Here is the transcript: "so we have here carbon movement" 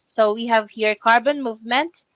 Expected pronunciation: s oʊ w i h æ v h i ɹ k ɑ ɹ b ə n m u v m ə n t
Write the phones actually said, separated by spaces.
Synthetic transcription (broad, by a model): s oʊ w i h æ v h i ɹ k ɑ ɹ b ə n m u v m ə n t